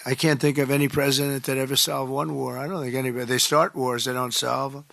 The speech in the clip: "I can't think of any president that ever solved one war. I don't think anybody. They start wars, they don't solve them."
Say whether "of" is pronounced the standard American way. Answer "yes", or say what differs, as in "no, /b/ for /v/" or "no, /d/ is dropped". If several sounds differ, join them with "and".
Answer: yes